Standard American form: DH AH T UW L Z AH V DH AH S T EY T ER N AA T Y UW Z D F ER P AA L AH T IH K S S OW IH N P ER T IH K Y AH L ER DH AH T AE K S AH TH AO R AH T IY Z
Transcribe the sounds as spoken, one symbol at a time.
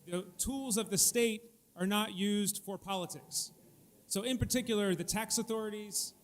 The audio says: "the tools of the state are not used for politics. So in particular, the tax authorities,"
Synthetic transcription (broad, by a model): DH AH T UW L Z AH V DH AH S T EY T ER N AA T Y UW Z D F ER P AA L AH T IH K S S OW IH N P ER T IH K Y L ER DH AH T AE K S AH TH AO R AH T IY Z